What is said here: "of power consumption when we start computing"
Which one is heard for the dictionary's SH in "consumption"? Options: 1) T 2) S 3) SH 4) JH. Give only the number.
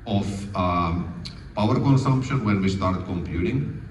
3